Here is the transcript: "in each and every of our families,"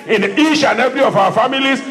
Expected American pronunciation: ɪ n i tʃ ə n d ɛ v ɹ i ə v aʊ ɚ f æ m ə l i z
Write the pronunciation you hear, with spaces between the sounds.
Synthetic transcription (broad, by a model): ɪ n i ʃ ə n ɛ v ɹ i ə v aʊ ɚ f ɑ m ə l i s